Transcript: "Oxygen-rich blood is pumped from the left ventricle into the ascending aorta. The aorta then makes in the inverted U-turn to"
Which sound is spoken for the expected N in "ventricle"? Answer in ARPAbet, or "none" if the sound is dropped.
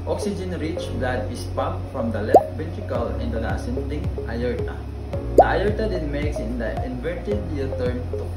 none